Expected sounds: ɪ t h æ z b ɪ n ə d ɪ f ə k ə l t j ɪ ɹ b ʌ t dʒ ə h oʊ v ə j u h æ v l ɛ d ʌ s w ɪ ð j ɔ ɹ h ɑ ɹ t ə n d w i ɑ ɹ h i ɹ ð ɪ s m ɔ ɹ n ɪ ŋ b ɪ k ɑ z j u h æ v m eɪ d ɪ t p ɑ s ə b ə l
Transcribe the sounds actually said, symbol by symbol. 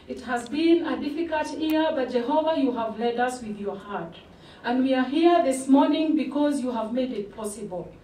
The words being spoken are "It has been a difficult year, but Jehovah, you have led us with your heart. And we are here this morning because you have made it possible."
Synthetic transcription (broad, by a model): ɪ t h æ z b ɪ n ə d ɪ f ə k ə l t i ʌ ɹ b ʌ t dʒ ə h oʊ v ə j u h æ v l ɛ d ʌ s w ɪ ð j ɔ ɹ h ɑ ɹ t ə n d w i ɑ ɹ h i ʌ ð ɪ s m ɔ ɹ n ɪ ŋ b ɪ k ɑ z j u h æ v m eɪ d ɪ t p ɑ s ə b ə l